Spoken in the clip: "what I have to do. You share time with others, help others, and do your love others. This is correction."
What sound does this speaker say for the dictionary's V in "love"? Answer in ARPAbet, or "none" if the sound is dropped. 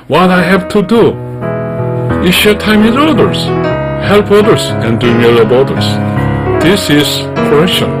B